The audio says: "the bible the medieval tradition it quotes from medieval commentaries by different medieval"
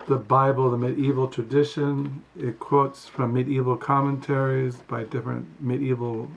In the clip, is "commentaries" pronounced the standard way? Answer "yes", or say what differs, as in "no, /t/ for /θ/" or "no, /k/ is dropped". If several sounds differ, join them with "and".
yes